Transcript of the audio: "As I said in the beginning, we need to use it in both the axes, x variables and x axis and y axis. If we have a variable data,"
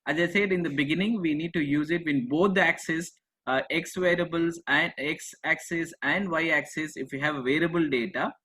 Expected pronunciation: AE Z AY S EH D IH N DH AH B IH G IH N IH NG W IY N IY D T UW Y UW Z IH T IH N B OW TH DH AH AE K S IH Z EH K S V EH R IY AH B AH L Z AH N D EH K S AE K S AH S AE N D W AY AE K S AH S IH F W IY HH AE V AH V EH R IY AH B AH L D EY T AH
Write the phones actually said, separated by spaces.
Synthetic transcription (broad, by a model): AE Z AY S EH D IH N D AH B IH G IH N IH NG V IY N IY D T UW Y UW Z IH T IH N B OW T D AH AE K S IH S EH K S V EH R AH B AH L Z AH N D EH K S AE K S AH S AE N D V AY AE K S AH S IH F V IY HH AE V AH V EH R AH B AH L D EY T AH